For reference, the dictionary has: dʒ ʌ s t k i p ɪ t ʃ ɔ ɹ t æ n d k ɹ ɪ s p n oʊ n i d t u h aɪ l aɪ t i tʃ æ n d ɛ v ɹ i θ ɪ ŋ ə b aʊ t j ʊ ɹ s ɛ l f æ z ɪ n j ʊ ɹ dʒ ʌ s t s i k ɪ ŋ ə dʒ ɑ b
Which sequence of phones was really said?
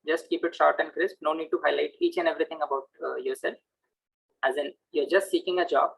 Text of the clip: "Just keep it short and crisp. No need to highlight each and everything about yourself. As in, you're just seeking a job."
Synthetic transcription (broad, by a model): dʒ ʌ s t k i p ɪ t ʃ ɔ ɹ t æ n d k ɹ ɪ s p n oʊ n i d t u h aɪ l aɪ t i tʃ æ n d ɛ v ɹ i t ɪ ŋ ə b aʊ t j ʊ ɹ s ɛ l f æ z ɪ n j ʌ ɹ dʒ ʌ s t s i k ɪ ŋ ə dʒ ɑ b